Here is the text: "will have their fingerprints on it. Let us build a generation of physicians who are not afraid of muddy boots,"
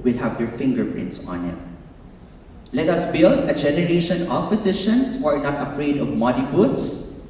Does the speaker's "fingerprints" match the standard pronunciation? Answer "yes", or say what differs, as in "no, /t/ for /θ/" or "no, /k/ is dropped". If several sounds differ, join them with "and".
yes